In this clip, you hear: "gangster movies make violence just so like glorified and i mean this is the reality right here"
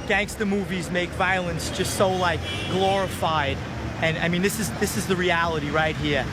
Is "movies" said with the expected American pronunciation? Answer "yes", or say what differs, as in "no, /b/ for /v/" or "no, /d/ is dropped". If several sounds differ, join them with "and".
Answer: yes